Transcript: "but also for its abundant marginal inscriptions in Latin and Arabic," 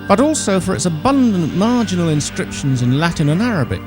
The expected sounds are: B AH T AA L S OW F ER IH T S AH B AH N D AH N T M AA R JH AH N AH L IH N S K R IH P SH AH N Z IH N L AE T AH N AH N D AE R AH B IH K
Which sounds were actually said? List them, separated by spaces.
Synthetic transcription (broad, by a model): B AH T AA L S OW F ER IH T S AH B AH N D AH N M AA R JH AH N AH L IH N S K R IH P SH AH N Z IH N L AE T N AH N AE R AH B IH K